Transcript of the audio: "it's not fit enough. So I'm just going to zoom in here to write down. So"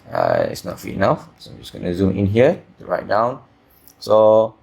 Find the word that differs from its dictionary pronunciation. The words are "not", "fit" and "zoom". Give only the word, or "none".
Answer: fit